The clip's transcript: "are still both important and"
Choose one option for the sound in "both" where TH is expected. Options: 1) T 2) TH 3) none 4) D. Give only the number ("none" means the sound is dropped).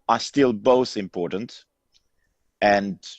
2